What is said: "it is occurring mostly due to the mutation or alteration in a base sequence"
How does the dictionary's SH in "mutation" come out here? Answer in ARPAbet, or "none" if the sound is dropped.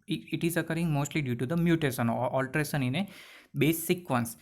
S